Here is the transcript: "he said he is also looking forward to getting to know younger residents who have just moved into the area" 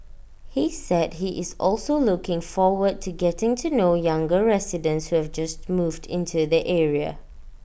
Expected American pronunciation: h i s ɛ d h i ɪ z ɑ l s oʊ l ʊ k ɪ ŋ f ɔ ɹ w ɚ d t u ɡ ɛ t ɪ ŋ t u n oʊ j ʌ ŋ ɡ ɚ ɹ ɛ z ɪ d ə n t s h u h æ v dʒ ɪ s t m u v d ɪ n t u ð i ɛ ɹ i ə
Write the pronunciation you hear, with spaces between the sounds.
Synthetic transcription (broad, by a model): h i s ɛ d h i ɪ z ɑ l s oʊ l ʊ k ɪ ŋ f ɔ w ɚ d t u ɡ ɛ t ɪ ŋ t u n oʊ j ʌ ŋ ɡ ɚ ɹ ɛ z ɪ d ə n t s h u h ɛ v dʒ ɪ s t m u v d ɪ n t u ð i ɛ ɹ i ə